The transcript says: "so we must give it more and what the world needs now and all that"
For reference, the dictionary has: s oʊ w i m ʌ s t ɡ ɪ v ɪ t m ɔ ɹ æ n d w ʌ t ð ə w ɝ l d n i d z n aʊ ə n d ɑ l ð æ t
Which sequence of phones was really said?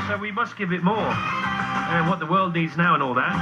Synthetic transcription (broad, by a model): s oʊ w i m ʌ s t ɡ ɪ v ɪ t m ɔ ɹ w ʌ t ð ə w ɝ l d n i d z n aʊ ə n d ɑ l ð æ t